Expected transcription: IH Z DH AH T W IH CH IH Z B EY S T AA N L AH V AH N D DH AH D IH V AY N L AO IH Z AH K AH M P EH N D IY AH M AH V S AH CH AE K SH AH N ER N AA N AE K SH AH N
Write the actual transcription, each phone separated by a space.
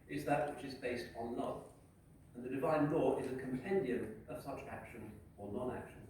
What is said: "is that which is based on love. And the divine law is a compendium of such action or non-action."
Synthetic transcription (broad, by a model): IH Z DH AH T W IH CH IH Z B EY S T N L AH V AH N DH AH D IH V AY N L AO IH Z AH K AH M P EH N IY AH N AH V S AH CH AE K SH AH N ER N AA N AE K SH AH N